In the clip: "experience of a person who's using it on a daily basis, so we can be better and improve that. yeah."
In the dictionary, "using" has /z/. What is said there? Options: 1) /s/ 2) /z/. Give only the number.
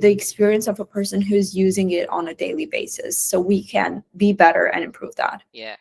2